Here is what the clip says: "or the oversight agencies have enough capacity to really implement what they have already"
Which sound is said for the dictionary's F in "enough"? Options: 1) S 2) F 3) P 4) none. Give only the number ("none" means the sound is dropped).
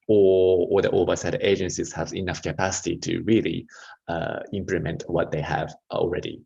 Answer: 2